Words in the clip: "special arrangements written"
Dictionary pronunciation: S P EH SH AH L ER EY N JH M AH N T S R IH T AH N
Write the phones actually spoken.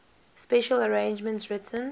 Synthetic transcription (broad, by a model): S P EH SH AH L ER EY N JH M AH N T R IH T AH N